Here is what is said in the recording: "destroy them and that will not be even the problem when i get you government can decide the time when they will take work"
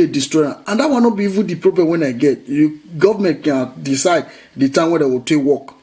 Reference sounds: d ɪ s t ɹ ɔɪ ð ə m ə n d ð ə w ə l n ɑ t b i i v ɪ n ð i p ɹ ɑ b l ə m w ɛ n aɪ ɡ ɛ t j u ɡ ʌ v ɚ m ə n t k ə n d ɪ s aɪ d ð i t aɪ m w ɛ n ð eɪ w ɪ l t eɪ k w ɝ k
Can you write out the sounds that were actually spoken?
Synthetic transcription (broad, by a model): d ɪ s t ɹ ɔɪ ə ə n d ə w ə n ɑ t b i i v ɪ n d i p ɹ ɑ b ə w ɛ n aɪ ɡ ɛ t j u ɡ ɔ v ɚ m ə n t k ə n d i s aɪ d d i t aɪ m w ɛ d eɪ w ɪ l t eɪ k w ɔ k